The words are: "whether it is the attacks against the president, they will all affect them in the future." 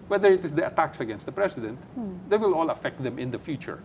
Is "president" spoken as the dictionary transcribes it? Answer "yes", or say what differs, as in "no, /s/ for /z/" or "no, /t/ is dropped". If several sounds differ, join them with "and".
no, /s/ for /z/